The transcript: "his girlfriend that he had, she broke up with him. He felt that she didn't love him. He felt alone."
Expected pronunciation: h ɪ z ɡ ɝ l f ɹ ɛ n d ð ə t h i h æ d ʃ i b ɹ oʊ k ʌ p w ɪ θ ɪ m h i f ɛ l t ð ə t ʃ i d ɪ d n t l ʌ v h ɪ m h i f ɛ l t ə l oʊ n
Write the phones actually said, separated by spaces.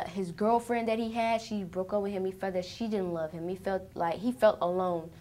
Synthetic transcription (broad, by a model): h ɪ z ɡ ɝ l f ɹ ɛ n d ð ə t h i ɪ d ʃ i b ɹ oʊ k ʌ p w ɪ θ ɪ m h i f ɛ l ð ə t ʃ i d ɪ d n t l ʌ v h ɪ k h i f ɛ l t ə l oʊ n